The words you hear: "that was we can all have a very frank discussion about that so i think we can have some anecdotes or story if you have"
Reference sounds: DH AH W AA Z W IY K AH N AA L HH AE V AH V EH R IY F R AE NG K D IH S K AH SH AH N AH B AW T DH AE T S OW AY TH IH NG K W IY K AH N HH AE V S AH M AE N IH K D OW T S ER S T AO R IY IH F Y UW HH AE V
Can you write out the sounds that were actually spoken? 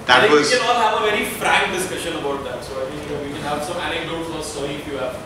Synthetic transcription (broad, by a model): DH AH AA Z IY K AH N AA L HH AE V AH V EH R IY F R AE NG K D IH S K AH SH AH N AH B AW T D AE T S OW AY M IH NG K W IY K AH N HH AE V S AH M AE N IH K D OW T S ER S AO IY IH F Y UW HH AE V